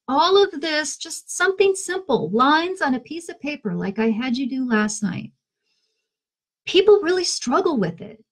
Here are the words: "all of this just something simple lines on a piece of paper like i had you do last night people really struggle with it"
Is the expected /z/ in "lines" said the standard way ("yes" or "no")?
yes